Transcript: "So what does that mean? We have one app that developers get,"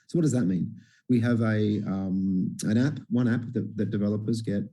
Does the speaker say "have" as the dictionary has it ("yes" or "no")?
no